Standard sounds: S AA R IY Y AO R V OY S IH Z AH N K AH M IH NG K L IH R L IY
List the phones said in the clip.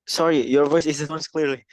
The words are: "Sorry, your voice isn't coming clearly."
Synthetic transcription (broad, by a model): S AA R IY Y AO R V OY S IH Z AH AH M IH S K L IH R L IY